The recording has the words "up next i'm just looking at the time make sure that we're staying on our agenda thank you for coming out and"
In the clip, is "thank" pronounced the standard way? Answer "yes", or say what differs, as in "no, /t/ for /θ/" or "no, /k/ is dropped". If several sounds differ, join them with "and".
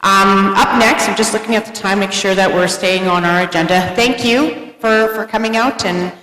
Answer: yes